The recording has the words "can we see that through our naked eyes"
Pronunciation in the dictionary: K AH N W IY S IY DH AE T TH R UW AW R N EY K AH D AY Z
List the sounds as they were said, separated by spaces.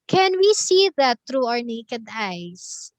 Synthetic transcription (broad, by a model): K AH N W IY S IY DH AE T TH R UW AW R N EY K AH D AY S